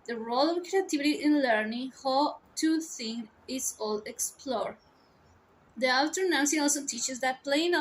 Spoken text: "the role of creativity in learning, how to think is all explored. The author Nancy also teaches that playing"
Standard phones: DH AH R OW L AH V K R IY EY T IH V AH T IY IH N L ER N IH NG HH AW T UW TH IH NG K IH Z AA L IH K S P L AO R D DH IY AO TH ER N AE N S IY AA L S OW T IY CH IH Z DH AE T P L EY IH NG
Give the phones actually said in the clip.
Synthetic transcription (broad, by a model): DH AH R OW L AH V K R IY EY T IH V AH T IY IH N L ER N IH NG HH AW T UW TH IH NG IH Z AA L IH K S P L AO R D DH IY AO T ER N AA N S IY AA L S OW T IY CH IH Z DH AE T P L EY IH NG